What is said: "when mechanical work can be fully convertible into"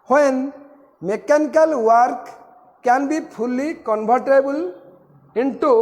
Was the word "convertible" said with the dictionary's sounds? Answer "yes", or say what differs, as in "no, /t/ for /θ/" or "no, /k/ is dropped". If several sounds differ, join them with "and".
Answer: no, /b/ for /v/